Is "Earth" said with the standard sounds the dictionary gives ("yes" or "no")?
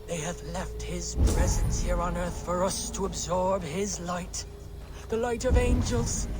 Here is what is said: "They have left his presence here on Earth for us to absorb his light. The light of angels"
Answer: yes